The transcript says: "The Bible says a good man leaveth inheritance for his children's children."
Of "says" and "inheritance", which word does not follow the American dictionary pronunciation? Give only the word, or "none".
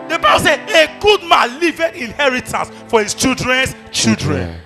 says